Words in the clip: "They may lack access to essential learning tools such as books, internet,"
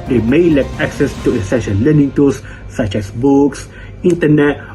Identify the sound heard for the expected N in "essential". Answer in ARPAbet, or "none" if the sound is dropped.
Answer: none